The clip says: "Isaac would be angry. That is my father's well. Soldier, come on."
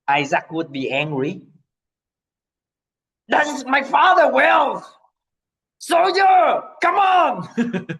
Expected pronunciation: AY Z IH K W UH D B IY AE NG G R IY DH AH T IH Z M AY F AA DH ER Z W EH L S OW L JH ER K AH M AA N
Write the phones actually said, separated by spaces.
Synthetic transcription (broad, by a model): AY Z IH K W UH D B IY AE NG G R IY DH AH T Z M AY F AA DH ER W EH L S OW L JH ER K AH M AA N